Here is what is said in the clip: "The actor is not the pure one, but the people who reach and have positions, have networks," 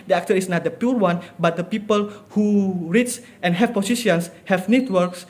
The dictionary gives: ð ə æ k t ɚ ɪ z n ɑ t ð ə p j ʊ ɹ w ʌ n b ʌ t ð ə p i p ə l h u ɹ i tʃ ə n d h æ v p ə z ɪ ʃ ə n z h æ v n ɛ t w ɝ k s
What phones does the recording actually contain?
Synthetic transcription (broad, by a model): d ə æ k t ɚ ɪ s n ɑ t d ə p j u ɹ w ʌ n b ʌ t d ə p i p ə l h u ɹ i s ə n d h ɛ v p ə s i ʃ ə n s h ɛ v n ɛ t w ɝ k s